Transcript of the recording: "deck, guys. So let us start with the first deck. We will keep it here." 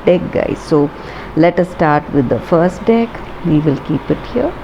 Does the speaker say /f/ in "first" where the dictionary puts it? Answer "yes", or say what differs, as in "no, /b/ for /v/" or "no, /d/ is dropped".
yes